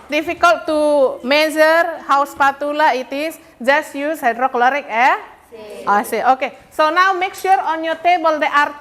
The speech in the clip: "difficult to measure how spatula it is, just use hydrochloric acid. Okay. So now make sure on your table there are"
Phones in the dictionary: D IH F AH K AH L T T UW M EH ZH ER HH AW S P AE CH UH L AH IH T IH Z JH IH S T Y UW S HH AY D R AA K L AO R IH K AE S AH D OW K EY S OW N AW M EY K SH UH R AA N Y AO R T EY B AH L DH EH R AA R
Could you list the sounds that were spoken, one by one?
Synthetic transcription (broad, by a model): D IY F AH K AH L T T UW M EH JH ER HH AW S P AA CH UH L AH IH T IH S JH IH S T Y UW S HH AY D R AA K L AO R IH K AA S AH OW K EY S OW N AW M EY K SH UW R AA N Y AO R T EY B AH L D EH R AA R